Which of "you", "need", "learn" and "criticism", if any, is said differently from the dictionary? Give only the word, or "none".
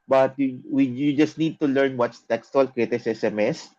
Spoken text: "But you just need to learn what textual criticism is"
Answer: criticism